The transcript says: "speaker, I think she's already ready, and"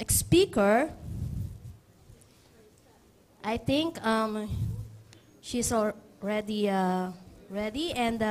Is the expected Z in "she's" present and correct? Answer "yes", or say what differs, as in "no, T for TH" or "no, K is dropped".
no, S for Z